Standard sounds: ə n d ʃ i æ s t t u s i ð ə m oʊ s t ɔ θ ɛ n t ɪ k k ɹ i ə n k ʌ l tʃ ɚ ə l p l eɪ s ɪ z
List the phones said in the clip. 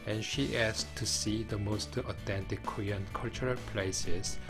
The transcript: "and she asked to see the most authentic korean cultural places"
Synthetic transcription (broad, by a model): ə n ʃ i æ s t t u s i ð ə m oʊ s t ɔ t ɛ n t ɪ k k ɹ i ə n k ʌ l tʃ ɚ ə l p l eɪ s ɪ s